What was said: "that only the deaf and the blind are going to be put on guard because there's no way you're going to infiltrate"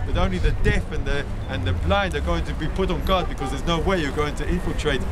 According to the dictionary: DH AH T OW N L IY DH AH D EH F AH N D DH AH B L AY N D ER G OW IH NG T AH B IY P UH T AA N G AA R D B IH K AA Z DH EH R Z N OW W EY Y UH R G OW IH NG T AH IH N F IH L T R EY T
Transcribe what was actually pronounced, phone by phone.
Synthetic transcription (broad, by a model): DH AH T OW N L IY DH AH D EH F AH N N DH AH B L AY N D ER G OW IH NG T AH B IY P UH T N G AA D B IH K AA Z DH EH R Z N OW W EY Y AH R G OW IH NG T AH IH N F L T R EY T